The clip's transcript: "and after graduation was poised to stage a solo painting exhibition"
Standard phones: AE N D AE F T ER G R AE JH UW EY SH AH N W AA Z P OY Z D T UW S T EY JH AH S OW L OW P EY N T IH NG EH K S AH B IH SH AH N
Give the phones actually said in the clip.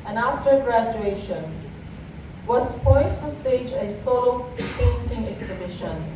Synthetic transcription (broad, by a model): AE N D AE F T ER G R AE JH UW EY SH AH N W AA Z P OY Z T UW S T EY JH AH S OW L OW P EY N T IH NG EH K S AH B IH SH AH N